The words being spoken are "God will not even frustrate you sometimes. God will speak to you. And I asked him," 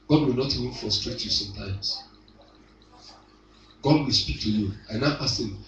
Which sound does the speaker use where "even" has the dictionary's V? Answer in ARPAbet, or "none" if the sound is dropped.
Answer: V